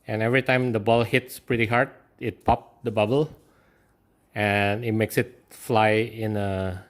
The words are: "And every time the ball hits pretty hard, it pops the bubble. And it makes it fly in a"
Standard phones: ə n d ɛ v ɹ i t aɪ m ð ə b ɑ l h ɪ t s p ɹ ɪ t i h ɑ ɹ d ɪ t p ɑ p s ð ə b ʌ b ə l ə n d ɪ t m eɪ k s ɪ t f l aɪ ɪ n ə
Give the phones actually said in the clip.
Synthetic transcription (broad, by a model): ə n ɛ v ɹ i t aɪ m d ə b ɑ l h ɪ t s p ɹ ɪ t i h ɑ ɹ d ɪ t p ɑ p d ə b ʌ b ə l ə n ɪ t m eɪ k s ɪ t f l aɪ ɪ n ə